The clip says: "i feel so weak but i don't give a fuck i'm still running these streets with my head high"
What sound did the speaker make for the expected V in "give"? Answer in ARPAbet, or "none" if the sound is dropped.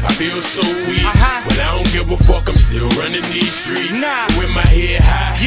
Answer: W